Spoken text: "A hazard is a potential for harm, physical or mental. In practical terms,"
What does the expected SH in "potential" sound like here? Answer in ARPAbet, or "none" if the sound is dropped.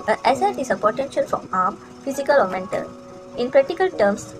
SH